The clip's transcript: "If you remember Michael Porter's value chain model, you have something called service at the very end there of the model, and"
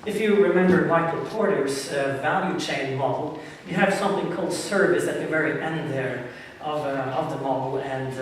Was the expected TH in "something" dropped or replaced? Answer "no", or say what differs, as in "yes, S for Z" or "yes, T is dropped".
no